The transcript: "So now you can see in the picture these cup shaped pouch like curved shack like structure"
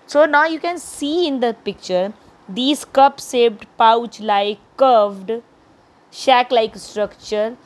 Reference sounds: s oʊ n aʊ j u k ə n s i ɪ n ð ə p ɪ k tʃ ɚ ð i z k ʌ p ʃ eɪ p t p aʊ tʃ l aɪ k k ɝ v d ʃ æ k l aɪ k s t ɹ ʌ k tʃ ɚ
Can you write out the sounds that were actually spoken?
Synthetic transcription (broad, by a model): s oʊ n aʊ j u k ə n s i ɪ n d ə p ɪ k tʃ ɚ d i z k ʌ p s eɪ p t p aʊ tʃ l aɪ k k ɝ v d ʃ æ k l aɪ k s t ɹ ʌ k tʃ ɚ